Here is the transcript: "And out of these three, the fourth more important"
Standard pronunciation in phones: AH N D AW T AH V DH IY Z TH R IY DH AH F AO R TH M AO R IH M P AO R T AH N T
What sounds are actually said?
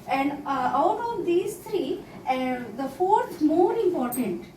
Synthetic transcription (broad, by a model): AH N D AW T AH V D IY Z T R IY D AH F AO R T M AO R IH M P AO R T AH N T